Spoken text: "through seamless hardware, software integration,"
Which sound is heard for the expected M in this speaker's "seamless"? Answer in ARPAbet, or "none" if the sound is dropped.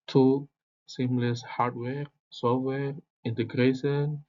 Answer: M